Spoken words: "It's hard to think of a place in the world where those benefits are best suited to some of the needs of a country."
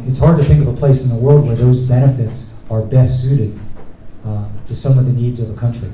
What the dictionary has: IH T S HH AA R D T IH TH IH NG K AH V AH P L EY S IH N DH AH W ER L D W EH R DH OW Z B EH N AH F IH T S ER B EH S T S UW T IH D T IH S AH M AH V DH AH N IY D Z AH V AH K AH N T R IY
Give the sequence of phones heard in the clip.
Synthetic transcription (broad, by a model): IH T S HH AA R D T IH TH IH NG K AH V AH P L EY S N DH AH W ER L D W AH R DH OW Z B EH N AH F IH T S ER B EH S T S UW T IH D T IH S AH M AH V DH AH N IY D Z AH V AH K AH N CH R IY